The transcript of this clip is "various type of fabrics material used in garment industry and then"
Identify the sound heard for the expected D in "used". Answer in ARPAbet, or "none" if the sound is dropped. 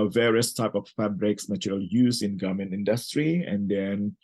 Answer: none